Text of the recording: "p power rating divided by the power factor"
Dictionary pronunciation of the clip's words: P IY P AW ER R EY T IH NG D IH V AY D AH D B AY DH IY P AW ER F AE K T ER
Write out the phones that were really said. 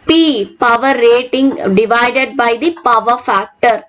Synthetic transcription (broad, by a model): P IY P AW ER R EY T IH NG D IH V AY D AH D B AY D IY P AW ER F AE K T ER